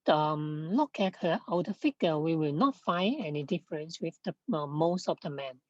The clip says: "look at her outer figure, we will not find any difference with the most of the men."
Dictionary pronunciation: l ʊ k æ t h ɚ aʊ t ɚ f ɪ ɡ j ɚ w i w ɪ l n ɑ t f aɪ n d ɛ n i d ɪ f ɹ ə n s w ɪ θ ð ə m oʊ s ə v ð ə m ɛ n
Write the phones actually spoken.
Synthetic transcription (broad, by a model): l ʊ k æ t h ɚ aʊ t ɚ f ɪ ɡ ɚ w i w ɪ l n ɑ t f aɪ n ɛ n i d ɪ f ɹ ə n s w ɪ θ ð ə m oʊ s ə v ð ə m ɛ n